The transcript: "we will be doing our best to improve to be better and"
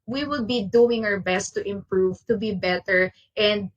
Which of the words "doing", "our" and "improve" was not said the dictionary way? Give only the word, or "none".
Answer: none